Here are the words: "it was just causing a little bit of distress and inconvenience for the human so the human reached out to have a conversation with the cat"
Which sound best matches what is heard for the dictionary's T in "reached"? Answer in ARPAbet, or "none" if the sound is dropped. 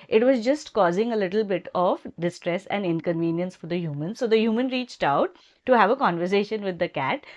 T